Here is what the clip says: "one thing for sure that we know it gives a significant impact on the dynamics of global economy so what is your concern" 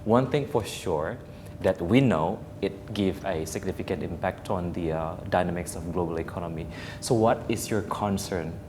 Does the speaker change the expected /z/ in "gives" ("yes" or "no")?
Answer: yes